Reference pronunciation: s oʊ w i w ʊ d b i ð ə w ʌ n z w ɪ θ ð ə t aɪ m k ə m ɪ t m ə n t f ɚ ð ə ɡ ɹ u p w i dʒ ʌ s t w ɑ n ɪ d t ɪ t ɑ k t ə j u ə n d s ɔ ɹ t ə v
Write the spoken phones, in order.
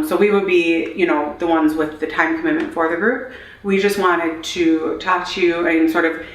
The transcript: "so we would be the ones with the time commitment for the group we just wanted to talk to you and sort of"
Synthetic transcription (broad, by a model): s oʊ w i w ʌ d b i ð ə w ʌ n z w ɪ ð ə t aɪ m k ə m ɪ t m ə n t f ɚ ð ə ɡ ɹ u p w i dʒ ʌ s t w ɑ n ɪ d t ɪ t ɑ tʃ j u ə n s ɔ ɹ t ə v